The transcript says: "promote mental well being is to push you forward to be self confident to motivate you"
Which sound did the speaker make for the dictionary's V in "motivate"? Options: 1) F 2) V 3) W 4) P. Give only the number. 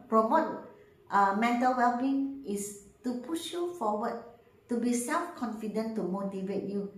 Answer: 2